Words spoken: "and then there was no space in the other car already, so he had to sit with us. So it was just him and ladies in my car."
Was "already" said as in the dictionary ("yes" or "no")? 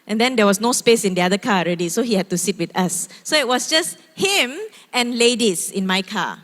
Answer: yes